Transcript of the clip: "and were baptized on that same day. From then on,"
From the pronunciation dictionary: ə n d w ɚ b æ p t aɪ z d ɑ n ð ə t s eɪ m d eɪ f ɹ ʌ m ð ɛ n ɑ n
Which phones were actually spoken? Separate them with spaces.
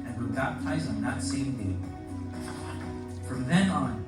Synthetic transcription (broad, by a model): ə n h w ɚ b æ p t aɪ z ʌ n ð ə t s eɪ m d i f ɹ ʌ m ð ɛ n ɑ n